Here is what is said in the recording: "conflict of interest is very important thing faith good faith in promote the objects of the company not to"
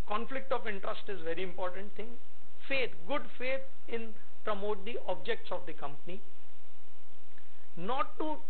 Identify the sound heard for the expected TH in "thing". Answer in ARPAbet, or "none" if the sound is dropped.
T